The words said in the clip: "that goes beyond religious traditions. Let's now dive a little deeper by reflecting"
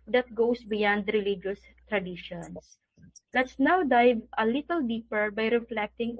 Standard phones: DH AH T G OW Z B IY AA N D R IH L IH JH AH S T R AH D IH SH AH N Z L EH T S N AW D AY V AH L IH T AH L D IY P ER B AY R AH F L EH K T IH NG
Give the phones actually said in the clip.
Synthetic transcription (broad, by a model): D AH T G OW S B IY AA N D R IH L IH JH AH S T R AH D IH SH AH N S L EH T S N AW D AY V AH L IH T AH L D IY P ER B AY R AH F L EH K T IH NG